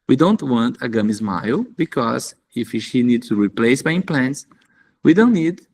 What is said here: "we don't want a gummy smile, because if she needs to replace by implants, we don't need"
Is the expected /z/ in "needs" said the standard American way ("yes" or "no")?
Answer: no